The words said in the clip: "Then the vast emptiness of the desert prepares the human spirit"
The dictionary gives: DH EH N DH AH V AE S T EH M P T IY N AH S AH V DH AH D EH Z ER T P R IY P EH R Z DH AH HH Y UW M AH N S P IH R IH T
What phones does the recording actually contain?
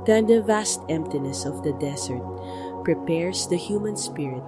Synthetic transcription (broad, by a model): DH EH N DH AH V AE S T EH M P T IY N AH S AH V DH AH D EH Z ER T P R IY P EH R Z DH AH HH Y UW M AH N S P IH R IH T